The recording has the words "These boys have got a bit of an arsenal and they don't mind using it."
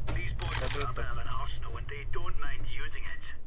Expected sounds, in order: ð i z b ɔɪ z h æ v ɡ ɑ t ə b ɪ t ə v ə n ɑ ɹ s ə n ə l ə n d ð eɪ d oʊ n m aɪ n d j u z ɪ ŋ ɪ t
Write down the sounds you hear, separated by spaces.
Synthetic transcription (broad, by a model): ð i z b ɔɪ z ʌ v ə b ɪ ə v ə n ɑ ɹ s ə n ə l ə n ð eɪ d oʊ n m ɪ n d j u z ɪ ŋ ɪ t